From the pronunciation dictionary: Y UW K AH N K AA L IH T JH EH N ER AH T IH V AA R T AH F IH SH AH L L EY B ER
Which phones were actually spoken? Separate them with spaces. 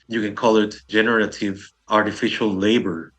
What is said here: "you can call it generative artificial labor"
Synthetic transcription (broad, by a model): Y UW K AH N K AA L IH T JH EH N ER AH T IH V AA R T AH F IH SH AH L L EY B ER